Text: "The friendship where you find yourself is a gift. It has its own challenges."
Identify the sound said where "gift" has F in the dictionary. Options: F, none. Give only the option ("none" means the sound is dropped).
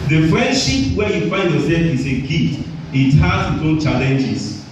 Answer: none